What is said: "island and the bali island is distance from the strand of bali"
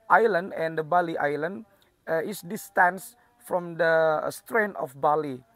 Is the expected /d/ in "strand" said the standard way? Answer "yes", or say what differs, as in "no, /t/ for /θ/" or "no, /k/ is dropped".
no, /d/ is dropped